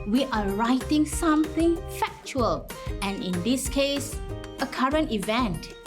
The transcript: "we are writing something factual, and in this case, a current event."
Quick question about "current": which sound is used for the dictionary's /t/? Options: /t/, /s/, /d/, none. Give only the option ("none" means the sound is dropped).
/t/